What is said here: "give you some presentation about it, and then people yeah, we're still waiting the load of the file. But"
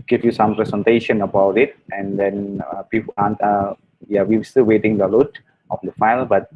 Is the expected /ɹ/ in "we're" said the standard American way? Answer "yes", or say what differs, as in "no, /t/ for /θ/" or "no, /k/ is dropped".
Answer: no, /w/ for /ɹ/